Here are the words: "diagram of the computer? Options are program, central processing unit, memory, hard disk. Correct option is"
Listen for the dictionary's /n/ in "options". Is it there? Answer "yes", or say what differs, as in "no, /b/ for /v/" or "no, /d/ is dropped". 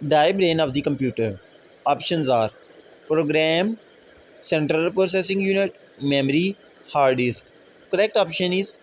yes